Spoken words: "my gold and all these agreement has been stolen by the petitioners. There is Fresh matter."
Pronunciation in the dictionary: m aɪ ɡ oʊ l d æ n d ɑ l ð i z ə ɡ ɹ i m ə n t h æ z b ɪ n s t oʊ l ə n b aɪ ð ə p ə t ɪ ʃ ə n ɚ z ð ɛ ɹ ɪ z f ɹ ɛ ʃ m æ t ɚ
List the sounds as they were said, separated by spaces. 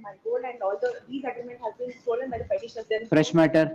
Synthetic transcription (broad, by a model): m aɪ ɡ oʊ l æ n d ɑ l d i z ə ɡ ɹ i m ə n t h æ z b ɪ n s t oʊ l ə n b aɪ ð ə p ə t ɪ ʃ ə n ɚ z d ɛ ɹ f ɹ ɛ ʃ m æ t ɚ